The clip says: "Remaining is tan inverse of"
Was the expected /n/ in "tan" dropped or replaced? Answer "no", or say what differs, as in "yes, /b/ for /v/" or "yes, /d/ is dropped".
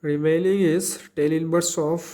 yes, /l/ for /n/